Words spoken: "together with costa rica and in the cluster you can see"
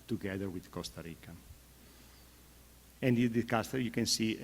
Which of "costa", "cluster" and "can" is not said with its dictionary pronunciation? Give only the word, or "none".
cluster